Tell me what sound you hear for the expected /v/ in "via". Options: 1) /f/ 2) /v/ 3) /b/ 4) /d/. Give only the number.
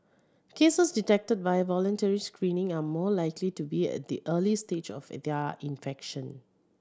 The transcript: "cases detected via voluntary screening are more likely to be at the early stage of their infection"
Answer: 3